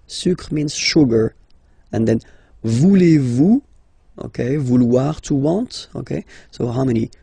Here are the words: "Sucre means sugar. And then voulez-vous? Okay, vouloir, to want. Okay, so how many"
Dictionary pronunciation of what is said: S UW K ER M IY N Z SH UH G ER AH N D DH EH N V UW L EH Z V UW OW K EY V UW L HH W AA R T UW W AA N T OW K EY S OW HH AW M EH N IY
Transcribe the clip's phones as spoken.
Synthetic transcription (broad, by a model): S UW K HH M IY N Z SH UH G ER AH N D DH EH N V UW L EH V UW OW K EY V UW L W AA R T UW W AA T OW K EY S OW HH AW M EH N IY